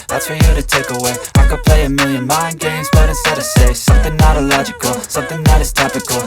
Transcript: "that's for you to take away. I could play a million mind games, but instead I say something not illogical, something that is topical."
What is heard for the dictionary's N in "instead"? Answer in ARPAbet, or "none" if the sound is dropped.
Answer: none